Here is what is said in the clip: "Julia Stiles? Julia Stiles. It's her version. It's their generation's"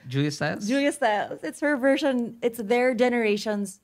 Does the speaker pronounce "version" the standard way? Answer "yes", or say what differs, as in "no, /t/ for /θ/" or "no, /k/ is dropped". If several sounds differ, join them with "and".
yes